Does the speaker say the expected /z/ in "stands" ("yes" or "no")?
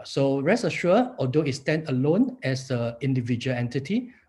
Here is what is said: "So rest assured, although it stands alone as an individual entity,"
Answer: no